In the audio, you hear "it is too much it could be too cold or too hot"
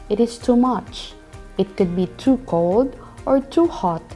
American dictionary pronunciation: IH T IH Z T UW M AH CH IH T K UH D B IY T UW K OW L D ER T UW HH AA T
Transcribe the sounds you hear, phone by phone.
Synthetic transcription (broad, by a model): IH T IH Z T UW M AH CH IH T K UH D B IY T UW K OW L D ER T UW HH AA T